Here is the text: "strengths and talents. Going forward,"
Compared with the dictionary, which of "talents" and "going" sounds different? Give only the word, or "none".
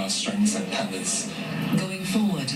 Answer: talents